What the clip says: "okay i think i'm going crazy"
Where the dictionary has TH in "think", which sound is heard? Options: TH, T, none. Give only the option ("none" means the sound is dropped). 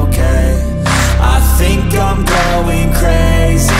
TH